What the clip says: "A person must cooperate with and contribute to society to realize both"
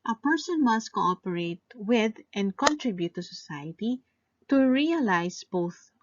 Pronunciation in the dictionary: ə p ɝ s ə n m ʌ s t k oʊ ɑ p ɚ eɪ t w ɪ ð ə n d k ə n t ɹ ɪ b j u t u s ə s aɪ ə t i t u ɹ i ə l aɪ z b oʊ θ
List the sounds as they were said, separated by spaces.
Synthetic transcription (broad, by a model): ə p ɝ s ə n m ʌ s t k oʊ ɑ p ɚ eɪ t w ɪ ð ə n d k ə n t ɹ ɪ b j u t u s ə s aɪ ə t i t u ɹ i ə l aɪ s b oʊ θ